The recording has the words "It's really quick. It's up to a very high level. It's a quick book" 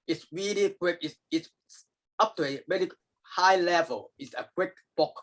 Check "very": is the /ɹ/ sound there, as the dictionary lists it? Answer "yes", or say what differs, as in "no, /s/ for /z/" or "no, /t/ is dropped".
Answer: no, /l/ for /ɹ/